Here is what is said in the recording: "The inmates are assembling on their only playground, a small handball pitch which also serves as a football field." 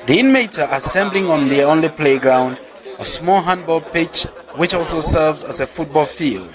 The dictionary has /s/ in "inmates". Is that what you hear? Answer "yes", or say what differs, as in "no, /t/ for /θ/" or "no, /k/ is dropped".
no, /s/ is dropped